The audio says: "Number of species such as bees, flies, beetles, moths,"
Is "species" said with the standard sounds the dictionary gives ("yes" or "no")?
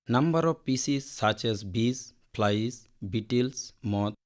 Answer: no